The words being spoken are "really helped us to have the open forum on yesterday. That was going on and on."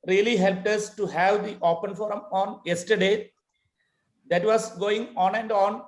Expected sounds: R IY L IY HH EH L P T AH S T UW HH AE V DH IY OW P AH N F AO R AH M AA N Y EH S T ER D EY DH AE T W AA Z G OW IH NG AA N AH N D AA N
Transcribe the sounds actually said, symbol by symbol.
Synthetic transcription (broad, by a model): R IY L IY HH EH L P T AH S T UW HH AE V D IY OW P AH N F AO R AH M AA N Y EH S T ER D EY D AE T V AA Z G OW IH NG AA N AH N D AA N